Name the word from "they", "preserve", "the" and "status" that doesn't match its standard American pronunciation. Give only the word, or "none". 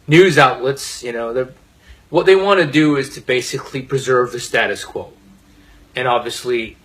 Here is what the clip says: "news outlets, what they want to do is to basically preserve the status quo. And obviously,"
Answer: none